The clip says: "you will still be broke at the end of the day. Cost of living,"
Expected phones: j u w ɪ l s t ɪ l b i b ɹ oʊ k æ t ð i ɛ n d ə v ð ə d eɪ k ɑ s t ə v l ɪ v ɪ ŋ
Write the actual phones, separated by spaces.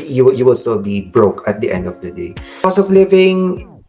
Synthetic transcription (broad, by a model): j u w ɪ l s t ɪ l b i b ɹ oʊ k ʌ t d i ɛ n d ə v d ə d eɪ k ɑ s ə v l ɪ v ɪ ŋ